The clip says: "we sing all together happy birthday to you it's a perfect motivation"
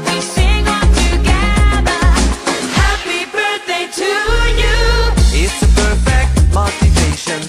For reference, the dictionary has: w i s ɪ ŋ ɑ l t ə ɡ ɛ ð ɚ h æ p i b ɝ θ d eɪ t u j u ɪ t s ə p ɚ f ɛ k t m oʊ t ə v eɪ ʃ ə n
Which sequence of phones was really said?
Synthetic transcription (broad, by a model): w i s ɪ ŋ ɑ n t ə ɡ ɛ ð ɚ h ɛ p i b ɝ θ d eɪ t u j u ɪ t s ə p ɚ f ɛ k t m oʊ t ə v eɪ ʃ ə n